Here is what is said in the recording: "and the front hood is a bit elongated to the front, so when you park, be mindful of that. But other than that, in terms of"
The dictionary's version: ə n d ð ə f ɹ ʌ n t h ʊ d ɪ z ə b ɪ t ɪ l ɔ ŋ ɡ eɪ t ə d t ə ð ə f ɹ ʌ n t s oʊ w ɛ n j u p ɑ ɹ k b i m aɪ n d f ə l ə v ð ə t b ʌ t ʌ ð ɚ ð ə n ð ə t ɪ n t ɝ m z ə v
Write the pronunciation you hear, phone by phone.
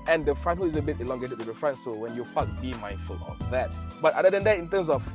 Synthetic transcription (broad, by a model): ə n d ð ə f ɹ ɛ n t h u ɪ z ə b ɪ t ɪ l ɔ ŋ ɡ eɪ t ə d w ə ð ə f ɹ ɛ n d s oʊ w ɛ n j u f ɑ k b i m aɪ n d f ə l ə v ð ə t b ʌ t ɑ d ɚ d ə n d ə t ɪ n t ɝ m s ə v